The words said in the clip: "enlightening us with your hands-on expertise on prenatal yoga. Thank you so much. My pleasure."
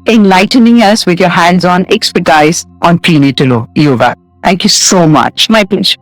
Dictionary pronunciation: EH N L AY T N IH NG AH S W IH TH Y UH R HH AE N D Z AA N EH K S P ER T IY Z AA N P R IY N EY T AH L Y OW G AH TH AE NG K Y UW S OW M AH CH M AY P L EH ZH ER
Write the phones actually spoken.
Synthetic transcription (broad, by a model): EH N L AY T N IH NG AH S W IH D Y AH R HH AE N D Z AA N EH K S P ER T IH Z AA N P IY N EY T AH L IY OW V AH T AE NG K Y UW S OW M AH CH M AY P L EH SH